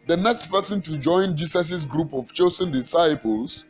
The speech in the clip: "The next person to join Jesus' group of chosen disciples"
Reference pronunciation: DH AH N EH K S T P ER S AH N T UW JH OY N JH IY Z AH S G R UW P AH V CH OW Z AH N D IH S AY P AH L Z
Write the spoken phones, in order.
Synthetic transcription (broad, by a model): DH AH N EH K S T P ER S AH N T UW JH OY N JH IY S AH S G R UW P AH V CH OW S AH N D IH S AY P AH L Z